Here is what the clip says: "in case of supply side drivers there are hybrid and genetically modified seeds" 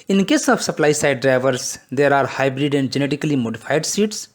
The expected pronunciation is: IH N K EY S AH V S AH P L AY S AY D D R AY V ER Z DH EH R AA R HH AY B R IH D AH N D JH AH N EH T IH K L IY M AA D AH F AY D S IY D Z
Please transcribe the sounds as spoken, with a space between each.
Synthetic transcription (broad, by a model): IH N K EY S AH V S AH P L AY S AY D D R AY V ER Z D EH R AA R HH AY B R IH D AH N D JH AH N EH T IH K L IY M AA D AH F AY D S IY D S